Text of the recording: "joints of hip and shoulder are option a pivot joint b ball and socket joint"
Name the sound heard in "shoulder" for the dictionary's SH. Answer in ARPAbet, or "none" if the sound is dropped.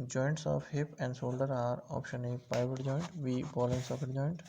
S